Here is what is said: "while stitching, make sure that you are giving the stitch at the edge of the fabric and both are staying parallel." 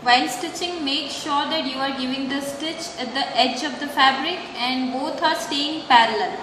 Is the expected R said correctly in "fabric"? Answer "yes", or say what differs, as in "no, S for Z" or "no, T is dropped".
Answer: yes